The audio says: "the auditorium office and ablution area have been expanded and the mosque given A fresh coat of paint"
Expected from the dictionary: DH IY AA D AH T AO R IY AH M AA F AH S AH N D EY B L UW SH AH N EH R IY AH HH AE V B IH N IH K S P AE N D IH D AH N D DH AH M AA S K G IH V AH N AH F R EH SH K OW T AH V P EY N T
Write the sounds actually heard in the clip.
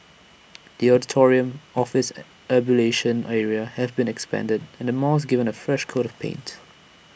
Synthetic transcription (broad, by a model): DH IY AA D AH T AO R IY AH M AA F AH S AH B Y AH L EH SH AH N EH R IY AH HH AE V B IH N IH K S P AE N D IH D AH N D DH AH M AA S G IH V AH N AH F R EH SH K OW T AH V P EY N T